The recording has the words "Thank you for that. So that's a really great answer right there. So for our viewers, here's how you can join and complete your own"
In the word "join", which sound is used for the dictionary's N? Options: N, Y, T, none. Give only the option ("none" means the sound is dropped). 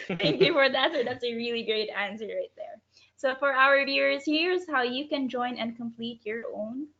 N